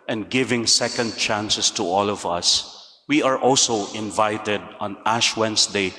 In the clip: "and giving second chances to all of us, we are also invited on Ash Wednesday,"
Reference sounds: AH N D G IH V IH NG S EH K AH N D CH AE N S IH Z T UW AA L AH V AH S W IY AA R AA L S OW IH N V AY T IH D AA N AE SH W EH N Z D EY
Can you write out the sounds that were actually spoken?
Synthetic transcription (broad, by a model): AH N D G IH V IH NG S EH K AH N D CH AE N S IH S T UW AA L AH V AH S W IY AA R AA L S OW IH N V AY T IH D AA N AE SH W EH N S D EY